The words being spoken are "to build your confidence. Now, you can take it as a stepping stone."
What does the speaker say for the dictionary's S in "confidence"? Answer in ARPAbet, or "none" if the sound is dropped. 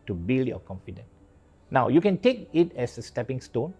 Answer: none